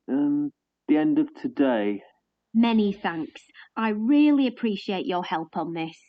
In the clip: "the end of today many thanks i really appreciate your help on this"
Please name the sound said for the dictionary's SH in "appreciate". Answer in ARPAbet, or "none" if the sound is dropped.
SH